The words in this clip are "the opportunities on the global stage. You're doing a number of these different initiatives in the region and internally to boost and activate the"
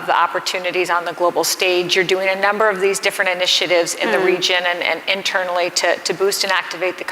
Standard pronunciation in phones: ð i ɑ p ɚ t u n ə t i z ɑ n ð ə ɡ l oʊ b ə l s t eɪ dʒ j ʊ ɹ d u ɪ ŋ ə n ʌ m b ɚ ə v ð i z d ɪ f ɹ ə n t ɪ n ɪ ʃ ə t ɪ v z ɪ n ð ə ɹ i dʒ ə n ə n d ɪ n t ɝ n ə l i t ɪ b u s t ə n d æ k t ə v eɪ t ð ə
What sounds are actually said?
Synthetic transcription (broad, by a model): ð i ɑ p ɚ t u n ə t i z n ð ə ɡ l oʊ b l s t eɪ dʒ j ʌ ɹ d u ɪ ŋ ə n ʌ m b ɚ ə v ð i z d ɪ f ɹ ə n t ɪ n ɪ ʃ ə t ɪ v z ɪ n ð ə ɹ i dʒ ə n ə n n ɪ n t ɝ n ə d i t ɪ b u s t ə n æ k t ə v eɪ t ð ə